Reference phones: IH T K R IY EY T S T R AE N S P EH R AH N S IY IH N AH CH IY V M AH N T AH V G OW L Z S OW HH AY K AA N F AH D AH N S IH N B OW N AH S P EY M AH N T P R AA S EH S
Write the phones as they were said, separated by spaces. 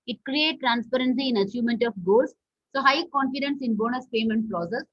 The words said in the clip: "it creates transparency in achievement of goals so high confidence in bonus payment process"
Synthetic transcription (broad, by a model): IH T K R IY EY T T R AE N S P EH R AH N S IY IH N AH CH IY V M AH N T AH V G OW L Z S OW HH AY K AA N F AH D AH N S IH N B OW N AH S P EY M AH N T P R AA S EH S